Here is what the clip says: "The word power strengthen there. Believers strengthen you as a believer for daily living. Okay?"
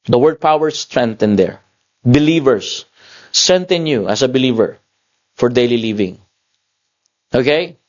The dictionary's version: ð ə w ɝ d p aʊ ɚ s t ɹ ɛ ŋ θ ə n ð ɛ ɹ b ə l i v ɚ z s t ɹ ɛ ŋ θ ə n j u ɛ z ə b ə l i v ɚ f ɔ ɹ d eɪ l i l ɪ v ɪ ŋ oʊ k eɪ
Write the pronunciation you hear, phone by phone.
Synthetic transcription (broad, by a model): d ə w ɝ d p aʊ ɚ s t ɹ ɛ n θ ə n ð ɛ ɹ b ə l i v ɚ s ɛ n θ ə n j u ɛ s ə b ə l i v ɚ f ɔ ɹ d eɪ l i l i v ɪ ŋ oʊ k eɪ